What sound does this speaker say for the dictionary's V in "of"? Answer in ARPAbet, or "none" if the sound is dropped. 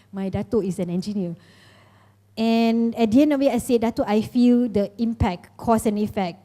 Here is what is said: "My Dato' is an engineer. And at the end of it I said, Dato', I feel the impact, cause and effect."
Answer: W